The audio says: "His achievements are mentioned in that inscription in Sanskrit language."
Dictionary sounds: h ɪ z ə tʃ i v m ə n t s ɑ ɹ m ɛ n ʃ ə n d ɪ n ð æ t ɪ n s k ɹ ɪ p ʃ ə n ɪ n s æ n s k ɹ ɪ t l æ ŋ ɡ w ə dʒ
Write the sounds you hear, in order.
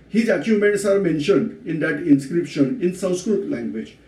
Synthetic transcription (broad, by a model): h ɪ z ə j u m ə n t s ɑ ɹ m ɛ n ʃ ə n d ɪ n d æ t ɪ n s k ɹ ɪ p ʃ ə n ɪ n s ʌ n s k ɹ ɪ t l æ ŋ ɡ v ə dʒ